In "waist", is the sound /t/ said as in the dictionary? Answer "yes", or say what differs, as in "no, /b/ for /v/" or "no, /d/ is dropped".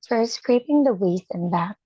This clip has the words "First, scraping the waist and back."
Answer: no, /t/ is dropped